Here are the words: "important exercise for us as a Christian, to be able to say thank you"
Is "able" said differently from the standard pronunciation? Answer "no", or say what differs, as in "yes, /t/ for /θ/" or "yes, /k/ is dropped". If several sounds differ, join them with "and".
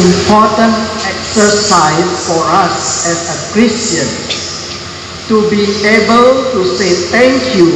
no